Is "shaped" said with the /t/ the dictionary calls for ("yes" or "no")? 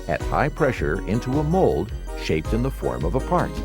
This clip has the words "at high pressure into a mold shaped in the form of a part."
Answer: yes